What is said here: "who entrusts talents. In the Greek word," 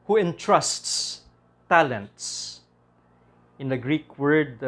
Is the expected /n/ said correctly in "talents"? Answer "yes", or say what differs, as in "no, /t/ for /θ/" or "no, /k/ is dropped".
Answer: yes